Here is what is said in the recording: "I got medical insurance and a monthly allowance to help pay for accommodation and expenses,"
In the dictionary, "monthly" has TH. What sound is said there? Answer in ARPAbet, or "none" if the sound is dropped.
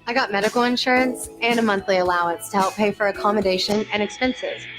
TH